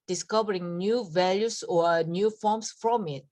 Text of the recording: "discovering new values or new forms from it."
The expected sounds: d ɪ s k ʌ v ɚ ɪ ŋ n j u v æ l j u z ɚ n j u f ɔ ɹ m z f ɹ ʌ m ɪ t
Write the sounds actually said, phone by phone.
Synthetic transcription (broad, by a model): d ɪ s k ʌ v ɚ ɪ ŋ n j u v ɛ l j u s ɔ n j u f ɔ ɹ m s f ɹ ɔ m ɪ t